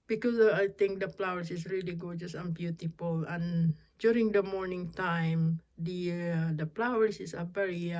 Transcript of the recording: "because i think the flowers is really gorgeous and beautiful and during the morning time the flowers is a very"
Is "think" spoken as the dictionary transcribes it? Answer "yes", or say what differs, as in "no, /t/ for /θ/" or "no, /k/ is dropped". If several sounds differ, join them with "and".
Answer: no, /t/ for /θ/